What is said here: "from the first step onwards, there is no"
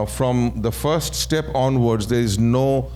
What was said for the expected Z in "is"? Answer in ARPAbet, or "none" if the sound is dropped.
Z